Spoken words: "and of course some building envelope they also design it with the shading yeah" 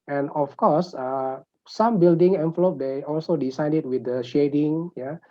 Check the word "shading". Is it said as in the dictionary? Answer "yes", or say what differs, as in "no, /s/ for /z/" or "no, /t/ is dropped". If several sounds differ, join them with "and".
yes